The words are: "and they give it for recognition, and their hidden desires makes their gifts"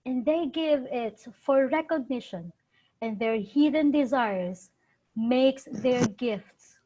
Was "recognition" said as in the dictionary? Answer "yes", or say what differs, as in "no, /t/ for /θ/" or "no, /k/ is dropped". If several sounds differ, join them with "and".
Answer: yes